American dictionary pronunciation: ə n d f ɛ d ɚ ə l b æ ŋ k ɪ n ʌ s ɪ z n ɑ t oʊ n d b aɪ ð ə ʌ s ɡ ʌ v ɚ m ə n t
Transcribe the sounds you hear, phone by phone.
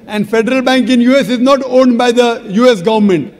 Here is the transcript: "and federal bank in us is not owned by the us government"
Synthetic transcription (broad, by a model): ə n d f ɛ d ɚ ə l b æ ŋ k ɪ n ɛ s ɪ z n ɑ t oʊ n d b aɪ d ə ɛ s ɡ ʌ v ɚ m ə n t